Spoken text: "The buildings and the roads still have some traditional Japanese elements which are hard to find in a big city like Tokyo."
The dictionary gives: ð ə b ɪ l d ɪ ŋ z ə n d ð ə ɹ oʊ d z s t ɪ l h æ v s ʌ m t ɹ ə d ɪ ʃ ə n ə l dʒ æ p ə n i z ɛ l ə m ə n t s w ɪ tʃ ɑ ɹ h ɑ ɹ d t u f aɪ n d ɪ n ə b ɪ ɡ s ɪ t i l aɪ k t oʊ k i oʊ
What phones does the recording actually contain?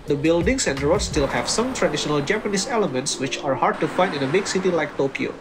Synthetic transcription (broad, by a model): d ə b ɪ l d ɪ ŋ s ə n d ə ɹ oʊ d s t ɪ l h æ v s ʌ m t ɹ ə d ɪ ʃ ə n ə l dʒ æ p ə n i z ɛ l ə m ə n t s w ɪ tʃ ɑ ɹ h ɑ ɹ d t u f aɪ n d ɪ n ə b ɪ ɡ s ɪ t i l aɪ k t oʊ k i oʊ